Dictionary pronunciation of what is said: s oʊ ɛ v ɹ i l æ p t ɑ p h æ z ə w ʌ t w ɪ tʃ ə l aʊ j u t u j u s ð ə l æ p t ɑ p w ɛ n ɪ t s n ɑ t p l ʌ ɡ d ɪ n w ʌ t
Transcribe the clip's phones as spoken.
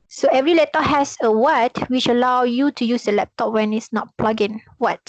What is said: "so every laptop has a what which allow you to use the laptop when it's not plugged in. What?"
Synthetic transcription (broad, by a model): s oʊ ɛ v ɹ i l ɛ t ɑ h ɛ s ə w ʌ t w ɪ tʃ ə l aʊ j u t u j u s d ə l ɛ p t ɑ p w ɛ n ɪ t s n ɑ t p l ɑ ɡ ɪ n w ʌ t